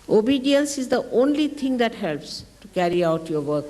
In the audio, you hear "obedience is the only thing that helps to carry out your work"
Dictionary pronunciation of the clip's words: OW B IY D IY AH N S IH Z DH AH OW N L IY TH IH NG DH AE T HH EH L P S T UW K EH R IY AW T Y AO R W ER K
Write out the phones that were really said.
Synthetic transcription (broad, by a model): OW B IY D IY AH N S IH Z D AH OW N L IY T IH NG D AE T HH EH L P S T UW K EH R IY AW T Y AO R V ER K